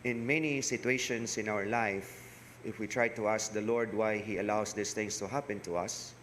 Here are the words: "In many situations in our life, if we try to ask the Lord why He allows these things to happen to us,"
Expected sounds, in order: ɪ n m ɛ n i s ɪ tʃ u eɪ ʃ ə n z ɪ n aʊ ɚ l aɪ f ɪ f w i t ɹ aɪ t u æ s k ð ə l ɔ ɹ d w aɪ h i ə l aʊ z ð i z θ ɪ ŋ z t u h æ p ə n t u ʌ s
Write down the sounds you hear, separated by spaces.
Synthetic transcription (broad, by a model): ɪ n m ɛ n i s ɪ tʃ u eɪ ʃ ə n s ɪ n aʊ ɚ l aɪ f ɪ f w i t ɹ aɪ t u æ s k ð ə l ɔ ɹ d w aɪ h i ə l aʊ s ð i s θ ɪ ŋ s t u h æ p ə n t u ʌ s